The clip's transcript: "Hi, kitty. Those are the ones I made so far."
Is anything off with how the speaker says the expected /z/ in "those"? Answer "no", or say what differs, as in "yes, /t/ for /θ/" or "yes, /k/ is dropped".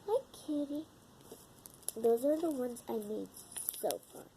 no